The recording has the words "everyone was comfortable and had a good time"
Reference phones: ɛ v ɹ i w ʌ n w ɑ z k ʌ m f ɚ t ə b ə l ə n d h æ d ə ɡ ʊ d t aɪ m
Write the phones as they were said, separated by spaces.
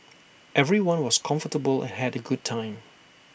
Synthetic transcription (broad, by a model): ɛ v ɹ i w ʌ n w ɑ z k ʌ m f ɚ t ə b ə l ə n h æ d ə ɡ ʊ d t aɪ m